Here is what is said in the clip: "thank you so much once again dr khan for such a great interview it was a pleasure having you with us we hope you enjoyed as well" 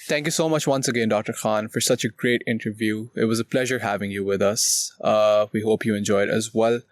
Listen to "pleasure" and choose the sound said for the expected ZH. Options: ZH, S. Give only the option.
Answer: ZH